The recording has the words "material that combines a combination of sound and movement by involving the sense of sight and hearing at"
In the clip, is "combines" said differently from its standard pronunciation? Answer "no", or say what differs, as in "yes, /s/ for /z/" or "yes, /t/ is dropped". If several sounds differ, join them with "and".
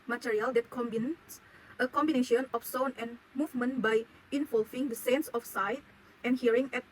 yes, /s/ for /z/